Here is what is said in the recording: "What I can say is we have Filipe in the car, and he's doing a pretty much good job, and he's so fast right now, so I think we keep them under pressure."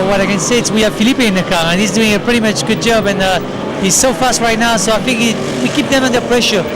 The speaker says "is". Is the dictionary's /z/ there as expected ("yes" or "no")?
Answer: no